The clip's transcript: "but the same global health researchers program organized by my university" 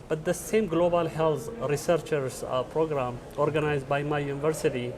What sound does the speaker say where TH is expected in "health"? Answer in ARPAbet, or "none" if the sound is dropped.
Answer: T